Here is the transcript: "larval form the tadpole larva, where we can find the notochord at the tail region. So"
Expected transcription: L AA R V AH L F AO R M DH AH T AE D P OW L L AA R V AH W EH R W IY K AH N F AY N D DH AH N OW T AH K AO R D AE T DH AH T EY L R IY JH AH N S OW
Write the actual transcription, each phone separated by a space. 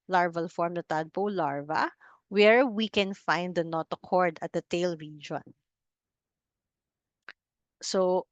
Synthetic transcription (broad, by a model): L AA R V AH L F AO R M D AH T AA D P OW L L AA R V AH W EH R W IY K AH N F AY N D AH N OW T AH K AO R D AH T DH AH T EY L R IY JH AH N S OW